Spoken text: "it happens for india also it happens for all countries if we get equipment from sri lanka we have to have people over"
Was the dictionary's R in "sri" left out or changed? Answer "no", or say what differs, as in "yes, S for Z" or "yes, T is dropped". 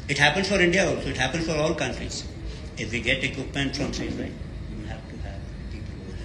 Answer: yes, R is dropped